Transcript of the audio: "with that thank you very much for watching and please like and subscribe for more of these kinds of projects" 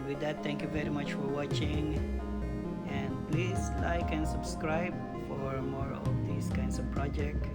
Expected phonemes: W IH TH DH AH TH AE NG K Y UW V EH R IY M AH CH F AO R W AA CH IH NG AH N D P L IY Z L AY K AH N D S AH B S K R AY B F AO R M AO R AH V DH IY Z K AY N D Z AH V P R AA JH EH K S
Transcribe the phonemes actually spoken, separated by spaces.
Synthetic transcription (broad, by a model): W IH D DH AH T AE NG K Y UW V EH R IY M AH CH F AO R W AA CH IH NG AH N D P L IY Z L AY K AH N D S AH B S K R AY B F AO R M AO R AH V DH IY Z K AY N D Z AH V P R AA JH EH K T